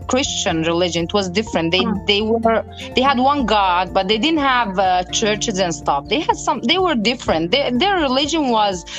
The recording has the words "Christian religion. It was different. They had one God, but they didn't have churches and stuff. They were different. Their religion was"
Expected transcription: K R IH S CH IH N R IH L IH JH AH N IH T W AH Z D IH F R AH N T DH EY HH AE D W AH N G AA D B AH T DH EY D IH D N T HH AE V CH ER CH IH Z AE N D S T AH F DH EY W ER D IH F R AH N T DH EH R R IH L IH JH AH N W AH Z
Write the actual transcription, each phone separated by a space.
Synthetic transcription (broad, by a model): K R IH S CH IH N R IH L IH JH AH N IH T W AH Z D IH F R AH N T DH EY HH AE D W AH N G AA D B AH T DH EY D IH D N T HH AE V CH ER CH IH Z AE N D S T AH F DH EY W ER D IH F R AH N T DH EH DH R IH L IH JH AH N W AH Z